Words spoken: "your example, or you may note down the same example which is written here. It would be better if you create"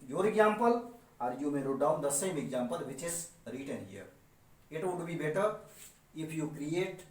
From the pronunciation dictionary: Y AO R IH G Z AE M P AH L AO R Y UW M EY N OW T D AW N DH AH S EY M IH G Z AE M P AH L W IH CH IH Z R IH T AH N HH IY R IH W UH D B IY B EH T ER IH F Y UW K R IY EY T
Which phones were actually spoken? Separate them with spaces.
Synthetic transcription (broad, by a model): Y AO R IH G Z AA M P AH L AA R Y UW M EY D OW D AW N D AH S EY M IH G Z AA M P AH L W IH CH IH S R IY T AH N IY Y IH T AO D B IY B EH T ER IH P Y UW K R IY EY T